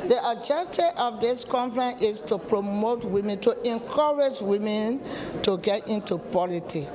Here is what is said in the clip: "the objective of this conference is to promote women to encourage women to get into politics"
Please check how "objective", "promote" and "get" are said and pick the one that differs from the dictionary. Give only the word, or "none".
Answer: objective